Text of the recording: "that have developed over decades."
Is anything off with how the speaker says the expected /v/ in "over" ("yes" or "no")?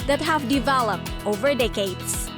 no